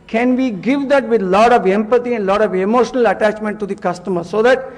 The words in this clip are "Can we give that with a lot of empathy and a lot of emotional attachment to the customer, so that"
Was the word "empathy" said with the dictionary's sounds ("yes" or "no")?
no